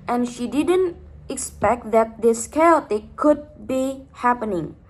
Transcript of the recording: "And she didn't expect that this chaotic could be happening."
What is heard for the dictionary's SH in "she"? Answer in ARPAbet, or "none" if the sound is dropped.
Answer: SH